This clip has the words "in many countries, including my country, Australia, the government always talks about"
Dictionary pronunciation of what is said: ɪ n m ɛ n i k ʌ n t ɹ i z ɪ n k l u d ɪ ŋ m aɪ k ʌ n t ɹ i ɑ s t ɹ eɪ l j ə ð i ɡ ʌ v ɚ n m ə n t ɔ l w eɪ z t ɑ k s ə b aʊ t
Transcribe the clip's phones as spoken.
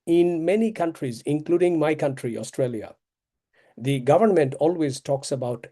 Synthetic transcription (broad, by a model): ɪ n m ɛ n i k ʌ n t ɹ i z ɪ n k l u d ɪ ŋ m aɪ k ʌ n t ɹ i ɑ s t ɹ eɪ l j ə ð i ɡ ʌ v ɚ n m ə n t ɔ l w eɪ z t ɑ k s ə b aʊ t